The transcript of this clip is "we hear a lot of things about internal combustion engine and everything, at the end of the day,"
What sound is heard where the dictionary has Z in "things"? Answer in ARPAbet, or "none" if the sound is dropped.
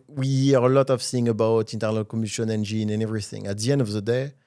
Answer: none